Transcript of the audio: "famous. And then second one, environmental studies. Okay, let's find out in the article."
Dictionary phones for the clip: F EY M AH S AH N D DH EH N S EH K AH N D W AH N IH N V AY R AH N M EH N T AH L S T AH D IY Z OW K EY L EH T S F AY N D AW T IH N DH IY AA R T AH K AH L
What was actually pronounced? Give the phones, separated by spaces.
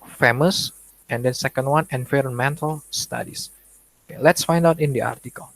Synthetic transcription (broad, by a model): F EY M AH S AH N D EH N S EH K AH N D W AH N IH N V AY R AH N M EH N T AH L S T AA D IY S OW K EY L EH T S F AY N D AW T IH N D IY AA R T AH K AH L